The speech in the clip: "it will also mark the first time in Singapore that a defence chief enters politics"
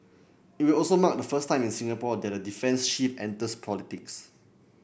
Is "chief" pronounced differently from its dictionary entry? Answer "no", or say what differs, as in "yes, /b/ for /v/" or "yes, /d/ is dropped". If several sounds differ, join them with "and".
yes, /ʃ/ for /tʃ/